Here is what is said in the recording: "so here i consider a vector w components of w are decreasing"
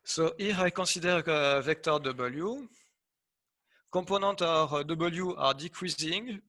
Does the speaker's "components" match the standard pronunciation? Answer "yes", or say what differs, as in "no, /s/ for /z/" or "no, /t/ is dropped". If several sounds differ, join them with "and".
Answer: no, /m/ is dropped and /n/ is dropped and /s/ is dropped